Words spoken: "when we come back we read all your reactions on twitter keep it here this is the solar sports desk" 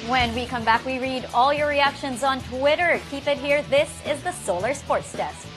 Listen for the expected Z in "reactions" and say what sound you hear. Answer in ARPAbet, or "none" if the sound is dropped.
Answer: Z